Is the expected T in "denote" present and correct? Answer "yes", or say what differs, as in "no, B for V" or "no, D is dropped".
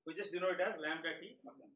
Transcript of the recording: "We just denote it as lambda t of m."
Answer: no, T is dropped